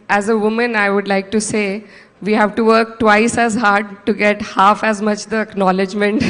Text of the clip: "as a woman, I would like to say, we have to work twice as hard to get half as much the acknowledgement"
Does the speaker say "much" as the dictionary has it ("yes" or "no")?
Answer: yes